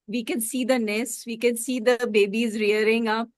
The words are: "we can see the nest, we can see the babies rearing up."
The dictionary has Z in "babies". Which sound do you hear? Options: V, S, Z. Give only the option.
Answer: Z